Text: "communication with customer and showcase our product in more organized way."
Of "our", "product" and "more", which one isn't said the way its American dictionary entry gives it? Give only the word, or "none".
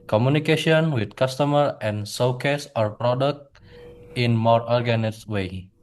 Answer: none